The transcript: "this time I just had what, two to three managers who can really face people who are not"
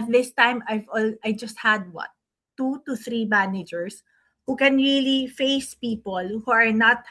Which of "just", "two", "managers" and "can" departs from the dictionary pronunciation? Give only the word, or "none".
managers